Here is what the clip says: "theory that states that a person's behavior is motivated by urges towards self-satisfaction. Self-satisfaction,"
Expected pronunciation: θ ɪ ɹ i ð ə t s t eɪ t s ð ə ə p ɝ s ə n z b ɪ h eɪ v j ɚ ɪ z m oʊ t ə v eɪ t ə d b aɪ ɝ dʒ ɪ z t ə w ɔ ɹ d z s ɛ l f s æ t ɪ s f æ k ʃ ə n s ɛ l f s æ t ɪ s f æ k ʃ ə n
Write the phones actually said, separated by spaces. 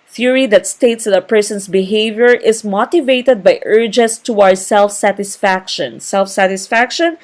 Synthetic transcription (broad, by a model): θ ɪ ɹ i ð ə t s t eɪ t s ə ə p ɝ s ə n s b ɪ h eɪ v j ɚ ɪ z m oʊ t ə v eɪ t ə d b aɪ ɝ dʒ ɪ s t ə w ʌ ɹ s ɛ l f s æ t ɪ s f æ k ʃ ə n s ɛ l f s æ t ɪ s f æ k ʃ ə n